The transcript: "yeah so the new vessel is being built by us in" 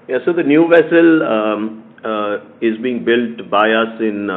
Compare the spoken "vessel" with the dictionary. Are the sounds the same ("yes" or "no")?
yes